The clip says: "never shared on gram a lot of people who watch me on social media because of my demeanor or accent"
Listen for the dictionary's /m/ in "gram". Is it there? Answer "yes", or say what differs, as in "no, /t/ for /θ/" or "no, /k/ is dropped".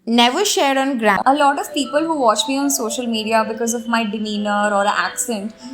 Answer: no, /m/ is dropped